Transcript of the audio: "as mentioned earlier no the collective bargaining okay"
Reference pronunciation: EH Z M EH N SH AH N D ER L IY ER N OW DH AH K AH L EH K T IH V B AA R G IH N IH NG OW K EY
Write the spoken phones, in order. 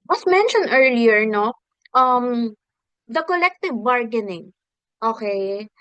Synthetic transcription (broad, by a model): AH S M EH N SH AH N D ER L IY ER N OW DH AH K AH L EH K T IH V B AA R G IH N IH NG OW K EY